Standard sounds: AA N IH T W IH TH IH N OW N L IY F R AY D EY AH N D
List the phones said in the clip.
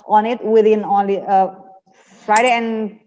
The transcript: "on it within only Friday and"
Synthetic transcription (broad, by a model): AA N IH T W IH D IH N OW L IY F R AY D EY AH N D